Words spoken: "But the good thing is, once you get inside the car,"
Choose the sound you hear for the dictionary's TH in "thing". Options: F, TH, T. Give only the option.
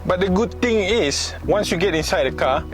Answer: T